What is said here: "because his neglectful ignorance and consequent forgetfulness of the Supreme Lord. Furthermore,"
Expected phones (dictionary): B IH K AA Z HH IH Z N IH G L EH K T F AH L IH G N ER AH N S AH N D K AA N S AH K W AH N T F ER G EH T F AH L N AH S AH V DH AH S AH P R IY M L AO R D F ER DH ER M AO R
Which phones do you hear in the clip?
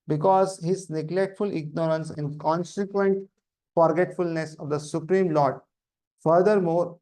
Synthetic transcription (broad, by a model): B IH K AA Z HH IH Z N IH G L EH K T F AH L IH G N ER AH N S AH N D K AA N S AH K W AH N T F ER G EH T F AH L N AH S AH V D AH S AH P R IY M L AO R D F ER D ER M AO R